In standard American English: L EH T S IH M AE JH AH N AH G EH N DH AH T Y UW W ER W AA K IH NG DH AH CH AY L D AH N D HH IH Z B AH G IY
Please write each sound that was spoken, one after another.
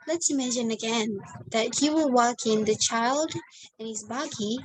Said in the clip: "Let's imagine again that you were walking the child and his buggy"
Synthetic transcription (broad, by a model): L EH T S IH M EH SH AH N AH G EH N DH AH T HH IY W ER W AA K IH NG DH AH CH AY L D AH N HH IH Z B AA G IY